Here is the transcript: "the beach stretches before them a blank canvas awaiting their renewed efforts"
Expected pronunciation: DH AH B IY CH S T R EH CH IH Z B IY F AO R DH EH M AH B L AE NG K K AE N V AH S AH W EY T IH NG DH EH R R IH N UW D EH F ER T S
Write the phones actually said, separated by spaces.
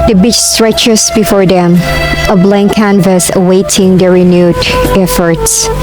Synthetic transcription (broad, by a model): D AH B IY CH S T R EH CH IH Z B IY F AO R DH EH M AH B L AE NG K K AE N V AH S AH W EY T IH NG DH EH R R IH N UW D EH F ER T S